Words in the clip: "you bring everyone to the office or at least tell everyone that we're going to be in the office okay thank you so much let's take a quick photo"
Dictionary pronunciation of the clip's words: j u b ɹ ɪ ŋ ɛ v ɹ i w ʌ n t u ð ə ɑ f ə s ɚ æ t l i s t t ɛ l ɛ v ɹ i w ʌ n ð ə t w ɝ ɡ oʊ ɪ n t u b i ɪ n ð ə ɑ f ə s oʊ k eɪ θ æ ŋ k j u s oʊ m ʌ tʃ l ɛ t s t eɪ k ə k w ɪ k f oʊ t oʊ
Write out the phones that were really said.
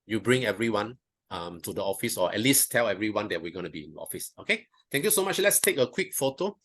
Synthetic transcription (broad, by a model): j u b ɹ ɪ ŋ ɛ v ɹ i w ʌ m t u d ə ɑ f ə s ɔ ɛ t l i s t t ɛ l ɛ v ɹ i w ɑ n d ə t w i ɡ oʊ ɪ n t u b i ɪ n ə ɑ f ə s oʊ k eɪ t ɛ ŋ k j u s oʊ m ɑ tʃ l ɛ t s t eɪ k ə k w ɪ k f oʊ t oʊ